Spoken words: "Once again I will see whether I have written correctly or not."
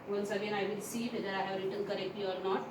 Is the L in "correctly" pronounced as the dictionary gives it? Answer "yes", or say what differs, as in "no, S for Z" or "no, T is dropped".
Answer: no, L is dropped